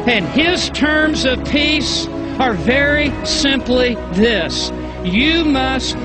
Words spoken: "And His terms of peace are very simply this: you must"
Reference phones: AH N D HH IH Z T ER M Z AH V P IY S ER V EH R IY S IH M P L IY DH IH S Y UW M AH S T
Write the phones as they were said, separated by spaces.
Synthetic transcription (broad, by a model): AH N IH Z T ER M Z AH V P IY S ER V EH R IY S IH M P L IY DH IH S Y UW M AH S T